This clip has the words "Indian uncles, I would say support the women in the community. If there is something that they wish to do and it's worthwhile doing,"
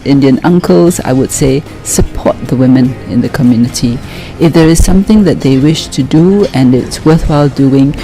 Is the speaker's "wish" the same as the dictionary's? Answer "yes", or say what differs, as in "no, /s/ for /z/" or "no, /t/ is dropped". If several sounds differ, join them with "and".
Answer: yes